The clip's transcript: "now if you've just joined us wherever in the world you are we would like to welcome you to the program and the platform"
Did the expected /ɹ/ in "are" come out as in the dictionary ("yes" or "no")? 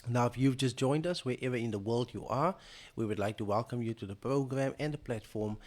yes